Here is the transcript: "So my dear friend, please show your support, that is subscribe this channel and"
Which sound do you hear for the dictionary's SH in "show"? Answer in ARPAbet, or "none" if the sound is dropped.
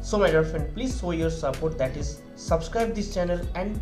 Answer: S